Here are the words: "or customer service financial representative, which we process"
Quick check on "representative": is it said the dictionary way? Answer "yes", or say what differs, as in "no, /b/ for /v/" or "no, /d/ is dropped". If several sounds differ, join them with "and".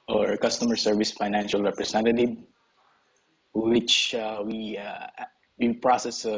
no, /s/ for /z/